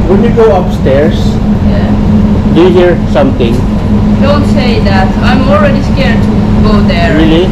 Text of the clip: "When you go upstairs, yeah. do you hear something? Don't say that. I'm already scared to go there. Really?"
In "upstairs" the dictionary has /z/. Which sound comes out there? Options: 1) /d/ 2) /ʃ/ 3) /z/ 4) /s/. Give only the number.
4